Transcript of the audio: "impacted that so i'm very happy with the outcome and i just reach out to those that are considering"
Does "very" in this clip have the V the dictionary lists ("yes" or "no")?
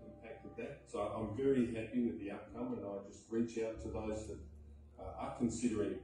yes